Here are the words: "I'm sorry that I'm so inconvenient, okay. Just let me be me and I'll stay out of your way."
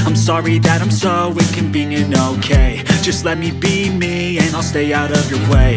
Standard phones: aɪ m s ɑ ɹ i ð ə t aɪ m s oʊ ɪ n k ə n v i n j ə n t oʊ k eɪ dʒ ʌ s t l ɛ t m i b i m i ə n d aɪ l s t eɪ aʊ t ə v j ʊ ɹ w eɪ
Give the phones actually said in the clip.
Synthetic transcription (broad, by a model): aɪ m s ɑ ɹ i ð ə t aɪ m s oʊ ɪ k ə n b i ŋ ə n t oʊ k eɪ dʒ ʌ s t l ɛ t m i b i m i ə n aɪ l s t eɪ aʊ t ə v j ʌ ɹ w eɪ